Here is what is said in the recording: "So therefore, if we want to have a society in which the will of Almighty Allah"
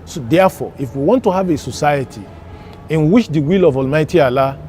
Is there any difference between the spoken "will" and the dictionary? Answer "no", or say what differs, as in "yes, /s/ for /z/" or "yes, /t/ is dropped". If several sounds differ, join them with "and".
no